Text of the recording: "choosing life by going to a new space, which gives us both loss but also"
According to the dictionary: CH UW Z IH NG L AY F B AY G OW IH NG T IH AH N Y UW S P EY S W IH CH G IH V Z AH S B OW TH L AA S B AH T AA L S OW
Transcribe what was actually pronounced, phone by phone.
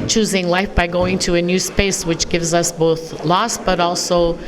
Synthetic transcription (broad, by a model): CH UW Z IH NG L AY F B AY G OW IH NG T IH AH N Y UW S P EY S W IH CH G IH V Z AH S B OW TH L AA S B AH T AA L S OW